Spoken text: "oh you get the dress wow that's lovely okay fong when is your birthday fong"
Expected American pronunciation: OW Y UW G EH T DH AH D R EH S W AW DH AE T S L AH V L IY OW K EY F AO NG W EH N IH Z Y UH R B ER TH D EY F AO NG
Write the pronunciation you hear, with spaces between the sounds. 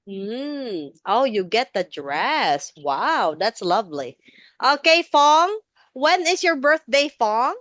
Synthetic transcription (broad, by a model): OW Y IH G EH T DH AH D R EH S W AW DH AE T S L AH V L IY OW K EY F AO NG W EH N IH Z Y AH R B ER TH D EY F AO NG